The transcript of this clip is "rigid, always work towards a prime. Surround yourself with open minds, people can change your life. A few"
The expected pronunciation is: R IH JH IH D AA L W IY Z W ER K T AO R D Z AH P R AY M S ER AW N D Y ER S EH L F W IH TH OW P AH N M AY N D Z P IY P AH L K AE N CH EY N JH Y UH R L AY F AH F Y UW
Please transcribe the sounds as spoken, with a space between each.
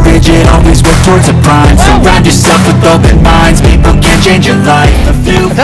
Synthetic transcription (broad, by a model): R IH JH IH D AA L W IY Z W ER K T AO R D Z AH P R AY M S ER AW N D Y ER S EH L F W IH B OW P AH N M AY N D Z P IY P L K AE N CH EY N JH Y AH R L AY F AH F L